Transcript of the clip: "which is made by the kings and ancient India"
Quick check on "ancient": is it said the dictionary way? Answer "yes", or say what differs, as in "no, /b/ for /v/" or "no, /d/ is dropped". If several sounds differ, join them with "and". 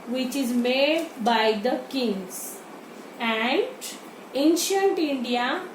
yes